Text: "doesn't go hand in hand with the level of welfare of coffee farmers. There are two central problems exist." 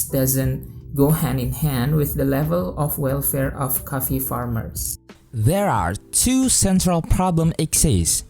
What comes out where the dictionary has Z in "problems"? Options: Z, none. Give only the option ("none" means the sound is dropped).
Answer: none